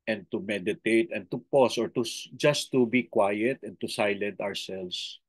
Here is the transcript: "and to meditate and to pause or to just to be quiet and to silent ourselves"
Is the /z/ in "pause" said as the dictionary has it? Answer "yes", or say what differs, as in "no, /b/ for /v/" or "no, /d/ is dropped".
no, /s/ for /z/